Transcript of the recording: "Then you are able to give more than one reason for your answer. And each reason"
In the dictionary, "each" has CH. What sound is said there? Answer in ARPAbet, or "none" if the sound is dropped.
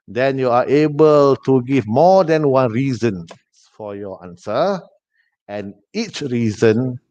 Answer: CH